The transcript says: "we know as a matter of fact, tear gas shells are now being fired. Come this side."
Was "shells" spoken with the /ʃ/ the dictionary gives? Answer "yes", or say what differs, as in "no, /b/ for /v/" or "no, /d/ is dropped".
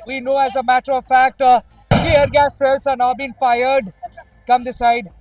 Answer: no, /s/ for /ʃ/